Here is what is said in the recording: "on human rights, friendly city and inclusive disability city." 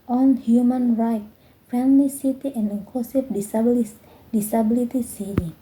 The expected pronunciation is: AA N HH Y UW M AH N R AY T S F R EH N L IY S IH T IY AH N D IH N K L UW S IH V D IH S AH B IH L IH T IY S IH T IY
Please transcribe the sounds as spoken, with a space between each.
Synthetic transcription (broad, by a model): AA N HH Y UW M AH N R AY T F EH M L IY S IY T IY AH N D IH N K L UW S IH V D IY S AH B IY L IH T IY S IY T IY